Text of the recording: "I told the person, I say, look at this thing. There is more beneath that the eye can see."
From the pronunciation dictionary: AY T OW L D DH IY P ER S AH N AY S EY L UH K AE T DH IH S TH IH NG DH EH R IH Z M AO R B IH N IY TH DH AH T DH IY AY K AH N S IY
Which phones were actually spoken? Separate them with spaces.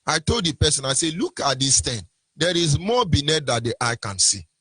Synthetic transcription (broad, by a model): AY T OW L D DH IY P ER S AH N AY S EY L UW K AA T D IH S T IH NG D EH R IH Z M AO B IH N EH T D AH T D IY AY K AH N S IY